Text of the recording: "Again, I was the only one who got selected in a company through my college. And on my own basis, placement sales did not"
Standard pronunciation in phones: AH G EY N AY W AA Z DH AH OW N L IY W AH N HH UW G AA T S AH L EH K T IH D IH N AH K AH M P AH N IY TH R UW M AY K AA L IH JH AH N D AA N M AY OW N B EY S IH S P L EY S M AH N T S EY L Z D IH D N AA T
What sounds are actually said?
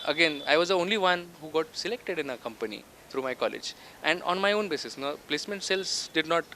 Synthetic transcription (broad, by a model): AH G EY N AY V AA Z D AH OW N L IY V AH N HH UW G AA T S AH L EH K T IH D IH N AH K AH M P AH N IY T R UW M AY K AA L IH JH AH N D AA N M AY OW N B EY S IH S P L EY S M AH N T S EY L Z D IH D N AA T